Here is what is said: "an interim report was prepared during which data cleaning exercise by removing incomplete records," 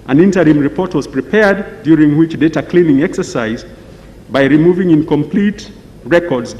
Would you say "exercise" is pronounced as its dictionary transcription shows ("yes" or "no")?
yes